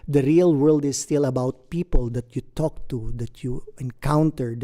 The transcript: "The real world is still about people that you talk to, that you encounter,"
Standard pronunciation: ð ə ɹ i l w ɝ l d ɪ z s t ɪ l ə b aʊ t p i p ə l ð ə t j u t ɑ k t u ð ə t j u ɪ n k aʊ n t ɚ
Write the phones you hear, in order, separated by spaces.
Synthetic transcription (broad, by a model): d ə ɹ i l w ɝ l d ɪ s t ɪ l ə b aʊ t p i p ə l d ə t j u t ɑ k t u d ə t j u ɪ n k aʊ n t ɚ